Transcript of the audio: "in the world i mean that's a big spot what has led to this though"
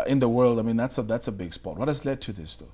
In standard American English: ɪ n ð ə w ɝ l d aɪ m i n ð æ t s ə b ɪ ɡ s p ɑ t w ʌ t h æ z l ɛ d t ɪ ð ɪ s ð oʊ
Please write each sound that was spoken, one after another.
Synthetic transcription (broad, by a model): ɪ n ð ə w ɝ l d aɪ m i n ð æ t s ə b ɪ ɡ s p ɑ t w ʌ t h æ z l ɛ d t ɪ ð ɪ s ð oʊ